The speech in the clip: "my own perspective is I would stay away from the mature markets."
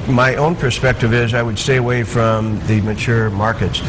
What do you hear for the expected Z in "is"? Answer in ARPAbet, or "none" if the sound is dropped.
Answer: Z